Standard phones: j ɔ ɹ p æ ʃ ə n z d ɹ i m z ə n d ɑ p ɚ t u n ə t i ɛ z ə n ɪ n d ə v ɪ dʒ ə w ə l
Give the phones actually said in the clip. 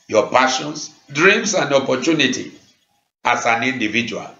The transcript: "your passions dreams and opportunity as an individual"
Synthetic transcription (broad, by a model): j ɔ p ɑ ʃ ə n s d ɹ i m s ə n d ɑ p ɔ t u n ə t i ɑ s ə n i n d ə v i dʒ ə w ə l